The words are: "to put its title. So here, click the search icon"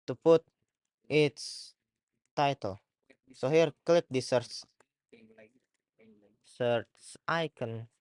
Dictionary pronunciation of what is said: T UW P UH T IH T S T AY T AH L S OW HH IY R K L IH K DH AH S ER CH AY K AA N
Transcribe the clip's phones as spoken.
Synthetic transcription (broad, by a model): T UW P UH T IH T S T AY T AH L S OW HH IY R K L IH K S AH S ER S AY K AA N